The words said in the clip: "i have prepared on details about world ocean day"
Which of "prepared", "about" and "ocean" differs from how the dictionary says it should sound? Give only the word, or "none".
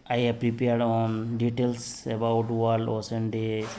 ocean